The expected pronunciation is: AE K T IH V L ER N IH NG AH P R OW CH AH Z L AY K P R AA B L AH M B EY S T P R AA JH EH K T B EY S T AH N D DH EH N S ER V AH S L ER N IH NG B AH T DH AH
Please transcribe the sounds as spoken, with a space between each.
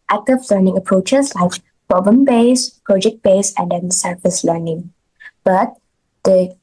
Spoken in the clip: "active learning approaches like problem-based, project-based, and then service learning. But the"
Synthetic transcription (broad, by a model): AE K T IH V L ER N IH NG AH P R OW CH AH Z L AY K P AA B AH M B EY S P R AA JH EH K T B EY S AH N D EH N S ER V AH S L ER N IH NG B AH T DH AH